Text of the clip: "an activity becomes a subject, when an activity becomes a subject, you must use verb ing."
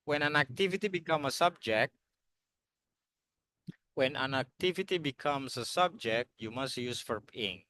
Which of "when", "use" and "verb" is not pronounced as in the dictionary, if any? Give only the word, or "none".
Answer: verb